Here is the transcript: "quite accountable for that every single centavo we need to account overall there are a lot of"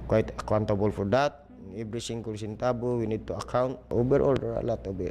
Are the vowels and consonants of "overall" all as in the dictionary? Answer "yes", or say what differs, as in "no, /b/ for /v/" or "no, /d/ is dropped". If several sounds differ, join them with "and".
no, /b/ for /v/